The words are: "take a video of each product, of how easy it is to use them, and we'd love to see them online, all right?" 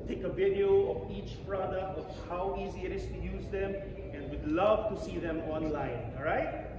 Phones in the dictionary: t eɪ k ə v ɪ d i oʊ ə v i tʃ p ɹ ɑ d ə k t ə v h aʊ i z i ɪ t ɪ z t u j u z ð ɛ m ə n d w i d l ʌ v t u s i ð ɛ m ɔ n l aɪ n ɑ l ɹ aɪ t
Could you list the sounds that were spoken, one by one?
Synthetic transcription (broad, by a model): t eɪ k ə v ɪ d i oʊ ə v i tʃ p ɹ ɑ d ə k t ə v h aʊ i z i ɪ t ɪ s t u j u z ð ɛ m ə n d w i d l ʌ v t u s i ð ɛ m ɔ n l aɪ n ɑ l ɹ aɪ t